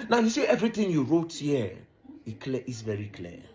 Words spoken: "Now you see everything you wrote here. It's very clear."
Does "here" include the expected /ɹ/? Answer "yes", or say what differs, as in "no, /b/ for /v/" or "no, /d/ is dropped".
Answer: no, /l/ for /ɹ/